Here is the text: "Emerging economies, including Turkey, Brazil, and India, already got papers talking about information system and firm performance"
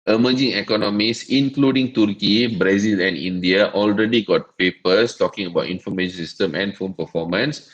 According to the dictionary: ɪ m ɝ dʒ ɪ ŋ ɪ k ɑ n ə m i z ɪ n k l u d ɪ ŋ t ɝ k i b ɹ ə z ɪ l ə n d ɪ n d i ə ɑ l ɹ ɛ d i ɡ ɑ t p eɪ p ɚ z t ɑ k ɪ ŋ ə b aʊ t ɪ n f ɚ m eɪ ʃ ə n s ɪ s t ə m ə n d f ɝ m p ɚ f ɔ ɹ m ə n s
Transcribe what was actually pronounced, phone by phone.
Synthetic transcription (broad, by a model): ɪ m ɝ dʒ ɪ ŋ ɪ k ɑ n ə m i s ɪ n k l u d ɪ ŋ t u k i b ɹ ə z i l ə n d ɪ n d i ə ɑ l ɹ ɛ d i ɡ ɑ t p eɪ p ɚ s t ɑ k ɪ ŋ ə b aʊ t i n f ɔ m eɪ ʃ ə n s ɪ s t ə m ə n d f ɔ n p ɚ f ɔ m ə n s